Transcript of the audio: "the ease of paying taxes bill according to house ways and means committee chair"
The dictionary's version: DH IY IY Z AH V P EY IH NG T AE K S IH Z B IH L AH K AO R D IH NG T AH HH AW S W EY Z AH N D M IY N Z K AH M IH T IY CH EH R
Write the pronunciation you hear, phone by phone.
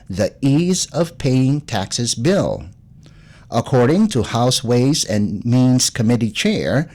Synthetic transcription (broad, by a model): DH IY IY Z AH V P EY IH NG T AE K S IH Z B IH L AH K AO R D IH NG T AH HH AW S W EY Z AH N M IY N Z K AH M IH T IY CH EH R